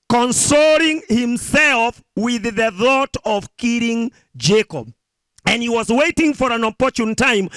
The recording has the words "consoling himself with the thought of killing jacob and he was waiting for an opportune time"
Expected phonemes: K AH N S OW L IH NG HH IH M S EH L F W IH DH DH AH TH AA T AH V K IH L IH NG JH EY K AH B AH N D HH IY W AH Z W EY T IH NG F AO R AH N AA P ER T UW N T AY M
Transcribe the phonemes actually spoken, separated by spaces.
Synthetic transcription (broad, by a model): K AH N S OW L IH NG HH IH M S EH L F W IH DH DH AH TH AA T AH V K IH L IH NG JH EY K AH B AH N D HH IY W AH Z W EY T IH NG F AO R AH N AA P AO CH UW N T AY M